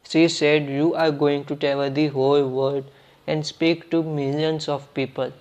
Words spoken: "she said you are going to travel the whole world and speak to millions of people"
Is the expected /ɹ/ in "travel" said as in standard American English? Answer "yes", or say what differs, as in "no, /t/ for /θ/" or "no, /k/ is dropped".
no, /ɹ/ is dropped